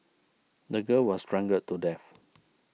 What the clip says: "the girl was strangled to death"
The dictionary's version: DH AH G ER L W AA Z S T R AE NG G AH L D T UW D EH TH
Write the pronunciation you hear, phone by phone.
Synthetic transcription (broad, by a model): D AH G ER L W AA S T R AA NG G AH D T UW D EH F